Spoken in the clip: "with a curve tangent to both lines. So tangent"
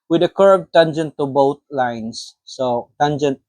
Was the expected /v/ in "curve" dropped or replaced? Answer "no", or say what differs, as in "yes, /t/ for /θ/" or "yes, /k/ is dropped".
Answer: yes, /b/ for /v/